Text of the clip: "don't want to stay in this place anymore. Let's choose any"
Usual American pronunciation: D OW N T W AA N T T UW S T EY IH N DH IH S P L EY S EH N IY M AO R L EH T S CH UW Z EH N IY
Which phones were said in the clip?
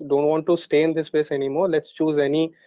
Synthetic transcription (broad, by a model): D OW N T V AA N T T UW S T EY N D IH S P EY S EH N IY M AO R L EH T S CH UW Z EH N IY